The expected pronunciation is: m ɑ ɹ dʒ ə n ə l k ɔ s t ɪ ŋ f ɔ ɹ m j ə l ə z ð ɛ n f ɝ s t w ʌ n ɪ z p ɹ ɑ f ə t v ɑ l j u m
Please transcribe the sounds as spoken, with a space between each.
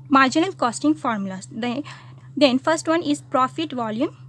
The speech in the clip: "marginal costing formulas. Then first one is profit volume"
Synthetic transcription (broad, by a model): m ɑ ɹ dʒ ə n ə l k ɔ s t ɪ ŋ f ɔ ɹ m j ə l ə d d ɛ n f ɝ s t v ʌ n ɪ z p ɹ ɑ f ə t v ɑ l j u m